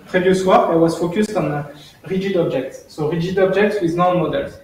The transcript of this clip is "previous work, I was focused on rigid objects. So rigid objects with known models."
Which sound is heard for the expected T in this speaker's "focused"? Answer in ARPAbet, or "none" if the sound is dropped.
T